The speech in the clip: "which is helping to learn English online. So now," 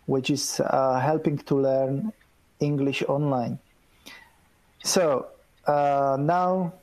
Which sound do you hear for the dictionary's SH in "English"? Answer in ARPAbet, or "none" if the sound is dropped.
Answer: SH